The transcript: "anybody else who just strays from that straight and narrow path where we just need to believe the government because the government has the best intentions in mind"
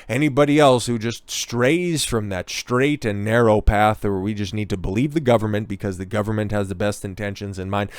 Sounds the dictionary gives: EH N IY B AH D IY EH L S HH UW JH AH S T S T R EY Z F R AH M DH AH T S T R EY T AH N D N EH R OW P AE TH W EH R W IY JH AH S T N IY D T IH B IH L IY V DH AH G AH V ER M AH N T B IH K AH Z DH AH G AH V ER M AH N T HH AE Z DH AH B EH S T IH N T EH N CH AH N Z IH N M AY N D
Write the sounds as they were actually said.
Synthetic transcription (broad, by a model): EH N IY B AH D IY EH L S HH UW JH AH S T S T R EY Z F R AH M DH AH T S T R EY T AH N N EH R OW P AE TH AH R W IY JH AH S T N IY D T IH B IH L IY V DH AH G AH V ER M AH N B IH K AH Z DH AH G AH V ER M AH N T HH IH Z DH AH B EH S T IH N T EH N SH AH N Z IH N M AY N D